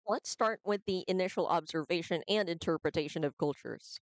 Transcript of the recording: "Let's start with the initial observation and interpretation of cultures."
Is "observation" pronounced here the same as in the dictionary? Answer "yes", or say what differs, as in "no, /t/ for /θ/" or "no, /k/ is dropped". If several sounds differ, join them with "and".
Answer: yes